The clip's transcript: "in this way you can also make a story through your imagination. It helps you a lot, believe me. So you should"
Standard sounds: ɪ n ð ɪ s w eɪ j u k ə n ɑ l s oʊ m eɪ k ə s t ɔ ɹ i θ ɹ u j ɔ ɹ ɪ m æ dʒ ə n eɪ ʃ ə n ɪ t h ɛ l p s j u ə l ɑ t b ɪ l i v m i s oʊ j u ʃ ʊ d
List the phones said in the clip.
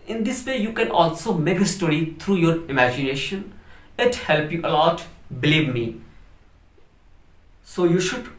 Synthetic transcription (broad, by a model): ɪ n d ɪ s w eɪ j u k ə n ɑ l s oʊ m eɪ k ə s t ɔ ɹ i t ɹ u j ɔ ɹ ɪ m æ dʒ ə n eɪ ʃ ə n ɪ t h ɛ l p j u ə l ɑ t b ɪ l i v m i s oʊ j u ʃ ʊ d